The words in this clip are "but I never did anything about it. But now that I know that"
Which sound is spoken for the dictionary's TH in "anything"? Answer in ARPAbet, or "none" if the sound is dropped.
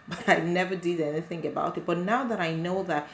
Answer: TH